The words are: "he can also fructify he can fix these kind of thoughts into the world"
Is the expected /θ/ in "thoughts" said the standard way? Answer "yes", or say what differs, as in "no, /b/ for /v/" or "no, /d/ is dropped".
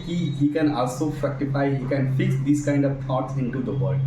no, /t/ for /θ/